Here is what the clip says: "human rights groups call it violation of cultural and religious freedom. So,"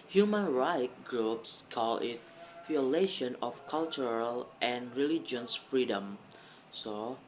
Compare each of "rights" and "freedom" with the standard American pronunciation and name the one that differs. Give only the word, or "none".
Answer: rights